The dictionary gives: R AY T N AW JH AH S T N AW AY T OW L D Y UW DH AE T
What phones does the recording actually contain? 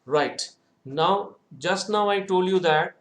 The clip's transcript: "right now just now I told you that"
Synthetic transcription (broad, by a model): R AY T N AW JH AH S T N AW AY T OW L D Y UW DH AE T